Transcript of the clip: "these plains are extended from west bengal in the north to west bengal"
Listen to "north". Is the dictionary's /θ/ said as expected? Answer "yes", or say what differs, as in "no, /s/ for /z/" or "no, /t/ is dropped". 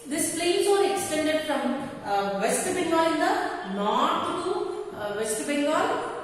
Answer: no, /t/ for /θ/